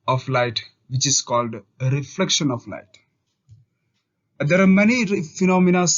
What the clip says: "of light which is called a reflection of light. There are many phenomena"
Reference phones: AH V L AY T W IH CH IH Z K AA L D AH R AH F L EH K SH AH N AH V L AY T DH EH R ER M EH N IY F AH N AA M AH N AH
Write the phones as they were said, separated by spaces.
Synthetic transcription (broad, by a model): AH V L AY T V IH CH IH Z K AA L D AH R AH F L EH K SH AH N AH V L AY T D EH R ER M EH N IY F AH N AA M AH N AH